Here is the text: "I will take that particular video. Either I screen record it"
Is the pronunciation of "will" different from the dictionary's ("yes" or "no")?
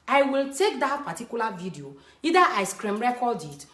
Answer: no